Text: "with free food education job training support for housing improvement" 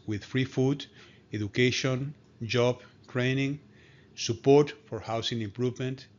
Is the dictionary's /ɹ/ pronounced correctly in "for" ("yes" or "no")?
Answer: yes